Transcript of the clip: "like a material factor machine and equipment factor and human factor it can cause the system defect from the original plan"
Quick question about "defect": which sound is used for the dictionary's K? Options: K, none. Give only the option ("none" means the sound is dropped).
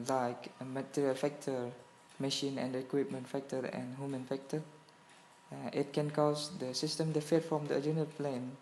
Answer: none